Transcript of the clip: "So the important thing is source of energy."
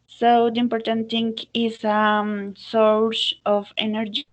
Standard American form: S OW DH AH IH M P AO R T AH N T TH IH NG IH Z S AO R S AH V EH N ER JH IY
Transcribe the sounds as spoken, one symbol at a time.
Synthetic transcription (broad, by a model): S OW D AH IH M P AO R T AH N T T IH NG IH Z S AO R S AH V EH N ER JH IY